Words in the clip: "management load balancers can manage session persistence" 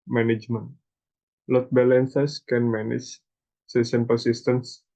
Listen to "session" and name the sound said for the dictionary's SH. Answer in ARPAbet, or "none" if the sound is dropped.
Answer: S